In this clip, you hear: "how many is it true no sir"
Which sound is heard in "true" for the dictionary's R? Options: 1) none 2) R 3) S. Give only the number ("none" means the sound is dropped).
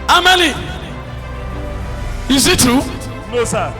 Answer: 1